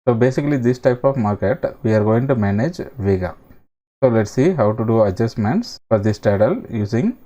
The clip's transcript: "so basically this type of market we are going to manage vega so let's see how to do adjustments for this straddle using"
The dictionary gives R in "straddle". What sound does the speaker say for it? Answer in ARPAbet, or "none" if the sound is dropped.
none